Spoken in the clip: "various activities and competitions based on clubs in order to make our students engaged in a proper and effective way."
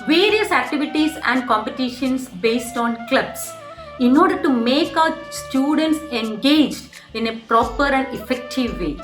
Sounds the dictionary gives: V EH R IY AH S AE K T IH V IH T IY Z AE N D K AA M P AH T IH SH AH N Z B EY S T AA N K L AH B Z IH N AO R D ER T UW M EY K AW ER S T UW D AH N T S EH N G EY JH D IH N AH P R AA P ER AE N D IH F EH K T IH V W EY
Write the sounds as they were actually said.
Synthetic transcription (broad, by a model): V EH R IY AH S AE K T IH V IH T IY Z AE N D K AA M P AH T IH SH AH N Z B EY S T AA N K L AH B S IH N AO R D ER T UW M EY K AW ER S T UW D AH N T S EH N G EY JH D IH N AH P R AA P ER AE N D IH F EH K T IH V EY